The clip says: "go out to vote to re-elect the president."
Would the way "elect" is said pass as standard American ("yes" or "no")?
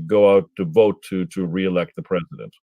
yes